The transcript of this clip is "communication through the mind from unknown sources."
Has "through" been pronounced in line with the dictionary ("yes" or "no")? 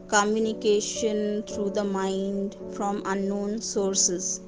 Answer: no